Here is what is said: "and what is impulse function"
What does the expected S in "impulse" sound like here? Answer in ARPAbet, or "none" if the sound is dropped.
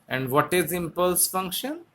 S